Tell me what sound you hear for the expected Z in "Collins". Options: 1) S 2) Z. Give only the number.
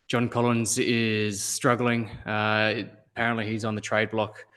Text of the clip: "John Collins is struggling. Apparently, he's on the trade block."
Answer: 2